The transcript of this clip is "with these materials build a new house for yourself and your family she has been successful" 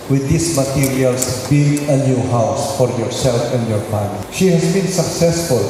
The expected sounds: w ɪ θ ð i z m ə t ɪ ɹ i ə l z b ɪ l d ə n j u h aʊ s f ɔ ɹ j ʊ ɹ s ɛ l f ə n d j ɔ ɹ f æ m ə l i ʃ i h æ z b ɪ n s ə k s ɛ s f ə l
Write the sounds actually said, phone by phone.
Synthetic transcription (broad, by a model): w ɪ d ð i s m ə t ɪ ɹ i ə l s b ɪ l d ə n j u h aʊ s f ɔ ɹ j ʊ ɹ s ɛ l f ə n d j ɔ ɹ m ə n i ʃ i h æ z b ɪ n s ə k s ɛ s f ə l